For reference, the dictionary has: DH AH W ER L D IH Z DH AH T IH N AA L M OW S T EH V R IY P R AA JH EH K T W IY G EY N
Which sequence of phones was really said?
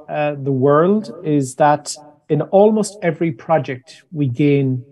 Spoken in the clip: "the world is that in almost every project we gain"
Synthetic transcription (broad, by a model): DH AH W ER L D IH Z DH AH T IH N AA L M OW S T EH V R IY P R AA JH EH K T W IY G EY N